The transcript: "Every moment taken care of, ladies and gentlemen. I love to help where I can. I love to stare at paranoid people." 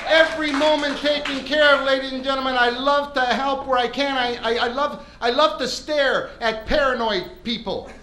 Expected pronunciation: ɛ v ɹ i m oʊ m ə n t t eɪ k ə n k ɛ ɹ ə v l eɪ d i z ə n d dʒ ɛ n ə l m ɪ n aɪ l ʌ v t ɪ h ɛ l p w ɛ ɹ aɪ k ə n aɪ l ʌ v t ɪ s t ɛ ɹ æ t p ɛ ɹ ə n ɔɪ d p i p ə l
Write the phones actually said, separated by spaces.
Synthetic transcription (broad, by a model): ɛ v ɹ i m oʊ m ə n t t eɪ k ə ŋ k ɛ ɹ ə v l eɪ d i z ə n dʒ ɛ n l m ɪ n aɪ l ʌ v t ɪ h ɛ l p w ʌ ɹ aɪ k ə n aɪ l ʌ v t ɪ s t ɛ ɹ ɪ t p ɛ ɹ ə n ɔɪ p i p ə l